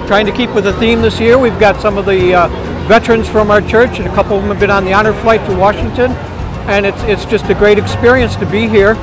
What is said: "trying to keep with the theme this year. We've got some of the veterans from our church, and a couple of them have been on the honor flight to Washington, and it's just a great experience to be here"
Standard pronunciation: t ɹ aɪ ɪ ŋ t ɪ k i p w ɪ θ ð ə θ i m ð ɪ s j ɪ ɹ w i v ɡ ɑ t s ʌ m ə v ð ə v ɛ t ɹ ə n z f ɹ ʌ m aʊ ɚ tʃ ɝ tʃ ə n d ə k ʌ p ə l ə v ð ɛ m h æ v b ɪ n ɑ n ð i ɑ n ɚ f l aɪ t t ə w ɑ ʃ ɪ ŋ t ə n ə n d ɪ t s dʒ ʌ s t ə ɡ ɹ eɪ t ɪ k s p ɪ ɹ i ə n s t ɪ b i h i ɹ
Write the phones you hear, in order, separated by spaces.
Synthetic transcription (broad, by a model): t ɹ aɪ ɪ ŋ t ɪ k i p w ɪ ð ə θ i m ð ɪ s j ɪ ɹ w i v ɡ ɑ t s ʌ m ə v ð ə v ɛ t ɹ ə n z f ɹ ʌ m aʊ ɚ tʃ ɝ tʃ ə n ə k ʌ p l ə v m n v b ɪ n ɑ n ð i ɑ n ɚ f l aɪ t t ə w ɑ ʃ ɪ ŋ t ə n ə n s ɪ t s dʒ ʌ s t ə ɡ ɹ eɪ t ɪ k s p ɪ ɹ i ə n s t ɪ b i h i ɹ